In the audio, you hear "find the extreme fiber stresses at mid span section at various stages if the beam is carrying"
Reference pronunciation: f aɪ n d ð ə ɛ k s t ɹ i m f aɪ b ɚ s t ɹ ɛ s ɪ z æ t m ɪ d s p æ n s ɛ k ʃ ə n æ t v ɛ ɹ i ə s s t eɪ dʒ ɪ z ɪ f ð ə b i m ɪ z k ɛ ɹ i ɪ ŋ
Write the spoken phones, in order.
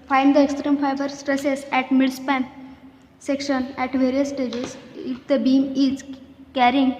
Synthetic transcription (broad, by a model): f aɪ n d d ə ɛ k s t ɹ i m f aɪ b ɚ s t ɹ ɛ s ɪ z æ t m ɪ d s p æ n s ɛ k ʃ ə n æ t v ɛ ɹ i ə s s t eɪ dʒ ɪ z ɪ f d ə b i m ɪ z k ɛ ɹ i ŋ